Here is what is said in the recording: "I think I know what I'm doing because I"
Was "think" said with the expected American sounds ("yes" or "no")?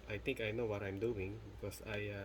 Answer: no